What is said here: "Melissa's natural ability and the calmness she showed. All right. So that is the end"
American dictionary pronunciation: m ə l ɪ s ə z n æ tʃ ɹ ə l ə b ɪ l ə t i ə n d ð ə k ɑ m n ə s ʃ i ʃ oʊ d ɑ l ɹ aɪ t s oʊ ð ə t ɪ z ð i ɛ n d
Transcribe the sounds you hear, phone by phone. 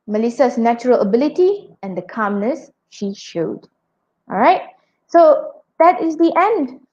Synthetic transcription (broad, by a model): m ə l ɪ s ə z n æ tʃ ɹ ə l ə b ɪ l ə t i ə n d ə k ɑ m n ə s ʃ i ʃ oʊ d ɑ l ɹ aɪ t s oʊ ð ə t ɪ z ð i ɛ n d